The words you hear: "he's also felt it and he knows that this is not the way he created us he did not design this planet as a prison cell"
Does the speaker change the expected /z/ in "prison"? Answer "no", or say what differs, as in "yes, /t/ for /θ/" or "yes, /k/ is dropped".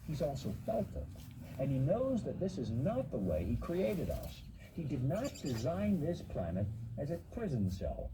no